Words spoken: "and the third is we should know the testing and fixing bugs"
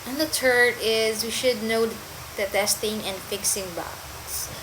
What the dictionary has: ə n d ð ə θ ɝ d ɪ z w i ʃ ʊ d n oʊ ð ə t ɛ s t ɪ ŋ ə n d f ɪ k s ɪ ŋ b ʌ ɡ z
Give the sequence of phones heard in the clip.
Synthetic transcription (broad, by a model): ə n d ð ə t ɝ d ɪ z w i ʃ ʊ d n oʊ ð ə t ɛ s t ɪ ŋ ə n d f ɪ k s ɪ ŋ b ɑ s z